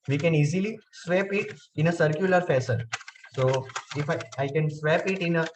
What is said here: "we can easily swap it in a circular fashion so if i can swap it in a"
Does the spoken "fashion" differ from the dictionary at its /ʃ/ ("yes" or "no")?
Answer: yes